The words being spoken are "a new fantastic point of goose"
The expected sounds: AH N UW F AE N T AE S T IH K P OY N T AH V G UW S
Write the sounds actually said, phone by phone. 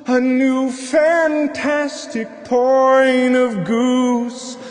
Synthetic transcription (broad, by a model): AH N UW F AE N T AE S T IH K P OY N AH V G UW S